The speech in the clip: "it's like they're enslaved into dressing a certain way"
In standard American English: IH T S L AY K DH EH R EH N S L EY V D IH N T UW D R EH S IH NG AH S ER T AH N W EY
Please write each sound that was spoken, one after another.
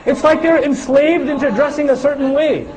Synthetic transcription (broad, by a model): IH T S L AY K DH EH R EH N S L EY V D IH N T UW D R EH S IH NG AH S ER T N W EY